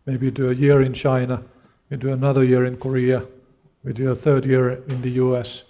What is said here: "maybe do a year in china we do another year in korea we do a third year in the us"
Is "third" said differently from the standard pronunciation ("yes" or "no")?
no